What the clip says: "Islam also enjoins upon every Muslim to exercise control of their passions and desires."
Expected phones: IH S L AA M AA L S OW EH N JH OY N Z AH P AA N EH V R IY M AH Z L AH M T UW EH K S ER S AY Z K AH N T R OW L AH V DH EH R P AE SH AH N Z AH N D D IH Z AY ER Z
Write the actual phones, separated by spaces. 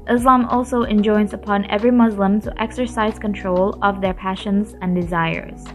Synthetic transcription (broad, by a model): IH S L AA M AA L S OW EH N JH OY N Z AH P AA N EH V R IY M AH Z L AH M T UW EH K S ER S AY Z K AH N T R OW L AH V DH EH R P AE SH AH N Z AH N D D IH Z AY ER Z